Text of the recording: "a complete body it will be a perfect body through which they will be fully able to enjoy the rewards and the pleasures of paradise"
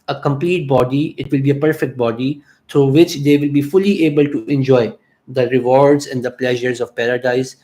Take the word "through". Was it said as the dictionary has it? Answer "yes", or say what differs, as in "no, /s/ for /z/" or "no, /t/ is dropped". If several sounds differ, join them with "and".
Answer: no, /t/ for /θ/